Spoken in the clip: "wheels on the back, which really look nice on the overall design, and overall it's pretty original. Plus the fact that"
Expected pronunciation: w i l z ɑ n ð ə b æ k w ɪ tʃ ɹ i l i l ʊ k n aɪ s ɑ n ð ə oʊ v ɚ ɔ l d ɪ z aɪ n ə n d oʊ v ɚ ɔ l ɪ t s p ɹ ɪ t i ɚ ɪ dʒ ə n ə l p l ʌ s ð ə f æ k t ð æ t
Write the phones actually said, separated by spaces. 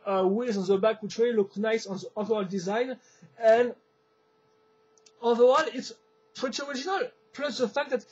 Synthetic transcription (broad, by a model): w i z ɑ n ð ə b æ k w ɪ tʃ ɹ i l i l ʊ k n aɪ s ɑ n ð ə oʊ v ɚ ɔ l d ɪ z aɪ n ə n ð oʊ ɚ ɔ l ɪ t s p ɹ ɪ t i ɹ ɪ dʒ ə n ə l p l ʌ s ð ə f æ k t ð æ t